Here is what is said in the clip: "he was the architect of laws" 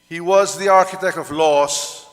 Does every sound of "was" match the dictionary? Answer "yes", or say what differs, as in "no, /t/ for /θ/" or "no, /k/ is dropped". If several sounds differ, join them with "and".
yes